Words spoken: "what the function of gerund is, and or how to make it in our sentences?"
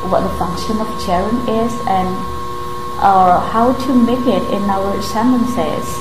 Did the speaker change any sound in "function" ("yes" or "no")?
no